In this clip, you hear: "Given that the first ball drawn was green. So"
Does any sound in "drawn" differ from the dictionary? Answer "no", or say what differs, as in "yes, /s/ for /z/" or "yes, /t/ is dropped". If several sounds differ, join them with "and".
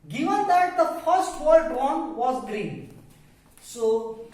yes, /w/ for /ɹ/